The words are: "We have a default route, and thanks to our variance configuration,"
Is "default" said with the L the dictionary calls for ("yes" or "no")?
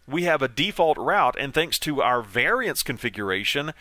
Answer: yes